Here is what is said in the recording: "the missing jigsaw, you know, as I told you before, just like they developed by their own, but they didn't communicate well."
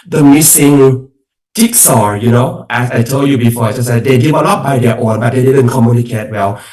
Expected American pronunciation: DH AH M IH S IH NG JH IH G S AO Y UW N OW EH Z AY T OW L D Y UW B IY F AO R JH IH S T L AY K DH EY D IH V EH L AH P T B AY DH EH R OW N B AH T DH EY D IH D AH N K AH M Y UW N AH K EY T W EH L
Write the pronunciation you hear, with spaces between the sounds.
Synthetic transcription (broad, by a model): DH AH M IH S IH NG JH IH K S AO Y UW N OW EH S AY T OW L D Y UW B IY F AO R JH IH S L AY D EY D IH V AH L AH T B AY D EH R OW N B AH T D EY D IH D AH N K AH M Y UW N AH K EY T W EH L